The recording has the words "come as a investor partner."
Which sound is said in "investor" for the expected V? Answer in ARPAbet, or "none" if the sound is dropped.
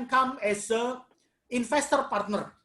F